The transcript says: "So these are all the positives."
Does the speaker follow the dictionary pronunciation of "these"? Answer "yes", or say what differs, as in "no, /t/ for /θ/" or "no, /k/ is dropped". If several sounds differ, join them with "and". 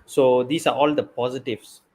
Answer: no, /s/ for /z/